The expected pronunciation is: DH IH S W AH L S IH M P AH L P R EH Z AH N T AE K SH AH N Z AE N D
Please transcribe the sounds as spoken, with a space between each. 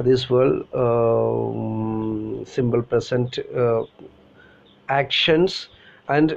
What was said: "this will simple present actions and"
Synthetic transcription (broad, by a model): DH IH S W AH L S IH M B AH L P R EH S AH N T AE K SH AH N S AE N D